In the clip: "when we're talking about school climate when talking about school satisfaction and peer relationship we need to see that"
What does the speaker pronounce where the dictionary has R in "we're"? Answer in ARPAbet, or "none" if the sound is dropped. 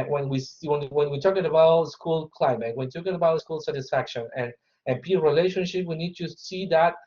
W